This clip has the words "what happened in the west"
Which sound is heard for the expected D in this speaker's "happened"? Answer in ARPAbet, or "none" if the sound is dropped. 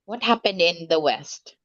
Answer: D